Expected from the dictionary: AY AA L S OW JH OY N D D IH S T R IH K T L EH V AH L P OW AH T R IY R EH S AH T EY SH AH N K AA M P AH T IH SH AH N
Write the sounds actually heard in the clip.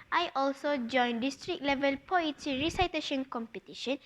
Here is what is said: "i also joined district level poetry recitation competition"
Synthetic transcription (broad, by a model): AY AA L S OW JH OY N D D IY S T R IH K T L EH V AH L P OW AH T IY R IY S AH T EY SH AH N K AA M P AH T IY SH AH N